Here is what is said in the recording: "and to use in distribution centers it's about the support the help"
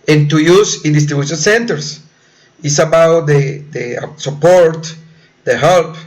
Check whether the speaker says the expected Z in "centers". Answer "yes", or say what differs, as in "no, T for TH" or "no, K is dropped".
no, S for Z